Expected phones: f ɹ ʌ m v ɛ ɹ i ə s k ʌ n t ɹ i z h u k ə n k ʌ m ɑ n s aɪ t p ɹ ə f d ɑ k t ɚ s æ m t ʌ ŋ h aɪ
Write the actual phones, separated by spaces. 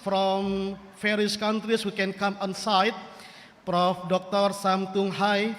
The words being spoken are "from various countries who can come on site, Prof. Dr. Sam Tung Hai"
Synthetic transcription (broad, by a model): f ɹ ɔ m f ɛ ɹ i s k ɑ n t ɹ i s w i k ə n k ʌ m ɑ n s aɪ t p ɹ ə f d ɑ k t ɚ s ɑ m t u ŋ h aɪ